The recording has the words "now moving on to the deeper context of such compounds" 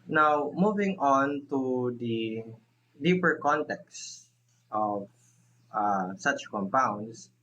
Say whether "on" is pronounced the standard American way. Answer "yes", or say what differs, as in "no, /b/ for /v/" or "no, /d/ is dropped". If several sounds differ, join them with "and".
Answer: yes